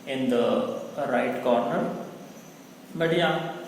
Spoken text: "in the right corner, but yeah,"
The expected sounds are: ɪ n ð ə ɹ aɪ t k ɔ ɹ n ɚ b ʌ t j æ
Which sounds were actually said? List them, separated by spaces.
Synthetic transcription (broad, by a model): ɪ n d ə ɹ aɪ t k ɔ ɹ n ɚ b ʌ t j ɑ